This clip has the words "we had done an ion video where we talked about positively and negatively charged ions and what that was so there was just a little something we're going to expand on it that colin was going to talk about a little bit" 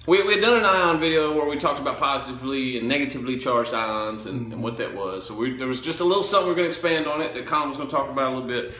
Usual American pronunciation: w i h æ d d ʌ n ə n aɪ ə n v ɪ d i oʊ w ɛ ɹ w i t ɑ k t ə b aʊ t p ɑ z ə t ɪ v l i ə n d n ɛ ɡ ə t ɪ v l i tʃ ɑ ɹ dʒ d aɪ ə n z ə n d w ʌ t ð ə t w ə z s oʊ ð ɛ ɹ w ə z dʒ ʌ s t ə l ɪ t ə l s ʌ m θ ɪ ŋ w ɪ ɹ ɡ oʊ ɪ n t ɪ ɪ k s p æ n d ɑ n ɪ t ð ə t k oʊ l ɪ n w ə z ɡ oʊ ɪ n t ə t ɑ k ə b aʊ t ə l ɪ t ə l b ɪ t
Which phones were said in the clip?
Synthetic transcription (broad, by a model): w i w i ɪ d ʌ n ə n aɪ ə n v ɪ d i oʊ w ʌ ɹ w i t ɑ k t ə b aʊ t p ɑ z ə t ɪ v l i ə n n ɛ ɡ ə t ɪ v l i tʃ ɑ ɹ dʒ d aɪ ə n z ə n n w ʌ t ð ə t w ə z s oʊ ð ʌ ɹ w ə z dʒ ʌ s t ə l ɪ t l s ʌ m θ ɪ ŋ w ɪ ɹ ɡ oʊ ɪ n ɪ ɪ k s p æ n d n ɪ t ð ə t k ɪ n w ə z ɡ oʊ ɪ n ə t ɑ k ə b aʊ t ə l ɪ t l b ɪ t